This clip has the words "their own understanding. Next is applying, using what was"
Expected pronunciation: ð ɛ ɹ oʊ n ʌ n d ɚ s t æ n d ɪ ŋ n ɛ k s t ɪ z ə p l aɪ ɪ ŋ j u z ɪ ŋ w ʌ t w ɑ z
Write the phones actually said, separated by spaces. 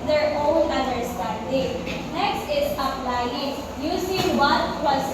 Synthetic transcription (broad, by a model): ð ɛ ɹ oʊ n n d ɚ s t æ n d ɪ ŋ n ɛ k s t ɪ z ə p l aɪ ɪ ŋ j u s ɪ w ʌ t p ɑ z